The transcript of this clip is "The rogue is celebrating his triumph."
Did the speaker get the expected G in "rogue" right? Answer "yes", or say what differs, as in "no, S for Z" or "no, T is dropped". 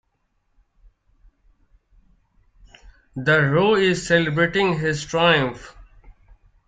no, G is dropped